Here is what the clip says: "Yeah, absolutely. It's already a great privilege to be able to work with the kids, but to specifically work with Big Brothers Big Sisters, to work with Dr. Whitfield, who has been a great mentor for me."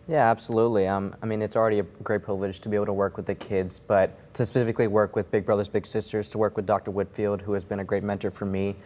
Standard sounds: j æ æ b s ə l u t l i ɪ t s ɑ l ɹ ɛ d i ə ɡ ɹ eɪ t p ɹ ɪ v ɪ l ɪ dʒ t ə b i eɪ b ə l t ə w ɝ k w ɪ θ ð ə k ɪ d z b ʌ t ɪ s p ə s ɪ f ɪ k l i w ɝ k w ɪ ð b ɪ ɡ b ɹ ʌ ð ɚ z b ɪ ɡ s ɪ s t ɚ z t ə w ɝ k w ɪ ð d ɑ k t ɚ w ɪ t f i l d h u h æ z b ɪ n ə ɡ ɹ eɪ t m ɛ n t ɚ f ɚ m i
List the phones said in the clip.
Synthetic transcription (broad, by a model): j æ æ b s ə l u t l i ɪ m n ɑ l ɹ ɛ d i ə ɡ ɹ eɪ t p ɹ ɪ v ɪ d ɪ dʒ t ə b i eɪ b l t ə w ɝ k w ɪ ð ə k ɪ d z b ʌ t ɪ s p ə s ɪ f ɪ k l i w ɝ k w ɪ ð b ɪ ɡ b ɹ ʌ ð ɚ z b ɪ ɡ s ɪ s t ɚ z t ə w ɝ k w ɪ ð d ɑ k t ɚ w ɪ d f i l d h u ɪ z b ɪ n ə ɡ ɹ eɪ t m ɛ n t ɚ f ɚ m i